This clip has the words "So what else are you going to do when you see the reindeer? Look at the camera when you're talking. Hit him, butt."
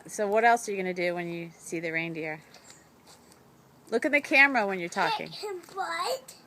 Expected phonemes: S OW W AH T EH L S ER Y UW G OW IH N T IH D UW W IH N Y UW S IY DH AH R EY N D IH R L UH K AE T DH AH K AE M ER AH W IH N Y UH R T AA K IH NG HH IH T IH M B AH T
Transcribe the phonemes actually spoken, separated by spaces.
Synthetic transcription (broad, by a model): S OW W AH T EH L S ER Y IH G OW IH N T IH D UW W IH N Y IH S IY DH AH R EY N D IH R L UH K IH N DH AH K AE M ER AH W IH N Y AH R T AA K IH NG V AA IH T